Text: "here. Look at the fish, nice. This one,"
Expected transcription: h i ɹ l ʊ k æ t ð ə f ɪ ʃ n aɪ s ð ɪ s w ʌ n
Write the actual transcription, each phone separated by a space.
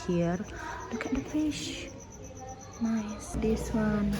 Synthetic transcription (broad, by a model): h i ɹ l ʊ k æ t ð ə f ɪ ʃ n aɪ s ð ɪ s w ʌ n